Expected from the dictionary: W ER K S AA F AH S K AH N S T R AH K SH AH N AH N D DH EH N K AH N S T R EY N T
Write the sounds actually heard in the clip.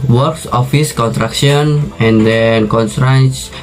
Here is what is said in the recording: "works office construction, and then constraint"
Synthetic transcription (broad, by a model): W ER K S AA F AH S K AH N T R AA K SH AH N AH N D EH N K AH N S T R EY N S